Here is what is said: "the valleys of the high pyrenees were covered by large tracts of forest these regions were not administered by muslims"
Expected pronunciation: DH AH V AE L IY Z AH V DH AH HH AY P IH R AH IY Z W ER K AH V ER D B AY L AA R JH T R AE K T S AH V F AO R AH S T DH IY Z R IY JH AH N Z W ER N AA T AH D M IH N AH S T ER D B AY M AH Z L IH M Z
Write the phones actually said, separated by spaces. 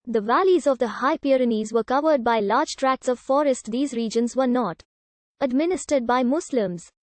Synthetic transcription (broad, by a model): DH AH V AE L IY Z AH V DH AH HH AY P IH R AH IY Z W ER K AH V ER D B AY L AA R JH T R AE K T S AH V F AO R AH S T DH IY Z R IY JH AH N Z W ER N AA T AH D M IH N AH S T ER D B AY M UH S L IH M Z